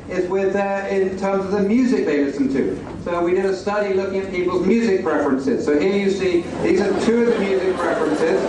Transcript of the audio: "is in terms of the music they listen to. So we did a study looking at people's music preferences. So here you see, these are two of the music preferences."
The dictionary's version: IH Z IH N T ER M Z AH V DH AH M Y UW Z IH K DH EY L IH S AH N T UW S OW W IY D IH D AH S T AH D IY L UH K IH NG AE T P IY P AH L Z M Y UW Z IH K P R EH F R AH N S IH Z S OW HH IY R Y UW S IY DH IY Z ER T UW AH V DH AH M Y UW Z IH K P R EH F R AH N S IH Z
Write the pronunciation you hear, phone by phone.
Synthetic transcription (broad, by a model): IH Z IH N T ER M Z AH V DH AH M Y UW Z IH K DH EY W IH S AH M T UW S OW W IY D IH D AH S T AH D IY L UH K IH NG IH T P IY P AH L Z M Y UW Z IH K P R EH F R AH N S IH Z S OW HH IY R Y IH S IY DH IY Z ER T UW AH V DH AH M Y UW Z IH K P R EH F R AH N S IH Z